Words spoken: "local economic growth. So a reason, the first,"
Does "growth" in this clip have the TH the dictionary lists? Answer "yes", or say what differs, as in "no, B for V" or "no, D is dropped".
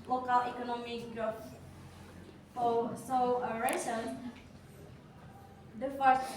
no, F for TH